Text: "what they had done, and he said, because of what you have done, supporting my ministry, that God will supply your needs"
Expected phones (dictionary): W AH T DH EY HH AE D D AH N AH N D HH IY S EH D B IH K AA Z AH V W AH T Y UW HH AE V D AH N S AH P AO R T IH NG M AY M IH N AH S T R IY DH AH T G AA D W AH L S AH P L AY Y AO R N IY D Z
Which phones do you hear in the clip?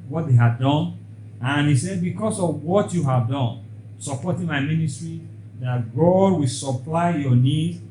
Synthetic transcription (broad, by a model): W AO T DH EY HH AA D D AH N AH N HH IY S EH D B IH K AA S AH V W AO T Y UW HH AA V D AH N S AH P AO T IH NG M AY M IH N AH S T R IY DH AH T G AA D W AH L S AH P L AY Y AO N IY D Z